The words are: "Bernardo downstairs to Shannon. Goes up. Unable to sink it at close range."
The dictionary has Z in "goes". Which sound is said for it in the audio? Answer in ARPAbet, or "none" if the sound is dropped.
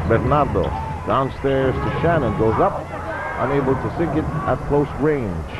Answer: Z